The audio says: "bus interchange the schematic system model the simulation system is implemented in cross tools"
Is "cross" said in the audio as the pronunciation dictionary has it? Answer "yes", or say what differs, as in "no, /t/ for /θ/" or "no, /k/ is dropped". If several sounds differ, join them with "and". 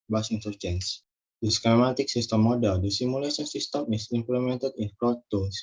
no, /s/ is dropped